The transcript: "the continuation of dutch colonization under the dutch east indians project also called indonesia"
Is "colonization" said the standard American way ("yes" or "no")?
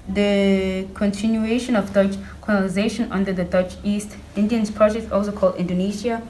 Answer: no